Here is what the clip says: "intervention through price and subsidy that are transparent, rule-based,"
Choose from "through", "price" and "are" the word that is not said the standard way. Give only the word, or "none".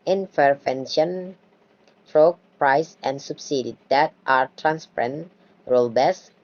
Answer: through